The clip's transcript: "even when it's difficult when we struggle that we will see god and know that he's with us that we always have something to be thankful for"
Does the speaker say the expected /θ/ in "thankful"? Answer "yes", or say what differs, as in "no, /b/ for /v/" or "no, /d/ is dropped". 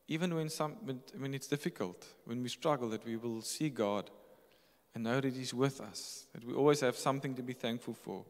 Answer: yes